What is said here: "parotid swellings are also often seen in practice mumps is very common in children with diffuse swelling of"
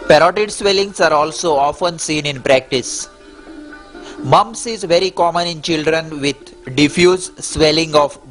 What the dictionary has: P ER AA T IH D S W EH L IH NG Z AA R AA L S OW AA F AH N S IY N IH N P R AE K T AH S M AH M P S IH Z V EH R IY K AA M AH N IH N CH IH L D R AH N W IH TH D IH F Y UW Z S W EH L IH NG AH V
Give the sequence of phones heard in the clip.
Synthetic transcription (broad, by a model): P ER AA T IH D S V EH L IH NG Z AA R AA L S OW AA F AH N S IY N IH N P R AE K T AH S M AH M S IH Z V EH R IY K AA M AH N IH N CH IH L D R AH N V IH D D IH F Y UW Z S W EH L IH NG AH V